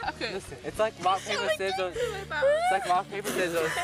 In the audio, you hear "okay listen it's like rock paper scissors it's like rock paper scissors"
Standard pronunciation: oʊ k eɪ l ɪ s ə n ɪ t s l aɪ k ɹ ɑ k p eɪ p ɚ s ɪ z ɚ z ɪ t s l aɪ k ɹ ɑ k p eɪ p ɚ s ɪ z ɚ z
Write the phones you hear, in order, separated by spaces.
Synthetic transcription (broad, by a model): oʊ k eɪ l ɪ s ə ɪ t s l aɪ k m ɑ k p eɪ p ɚ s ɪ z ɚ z ɪ t s l aɪ k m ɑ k p eɪ p ɚ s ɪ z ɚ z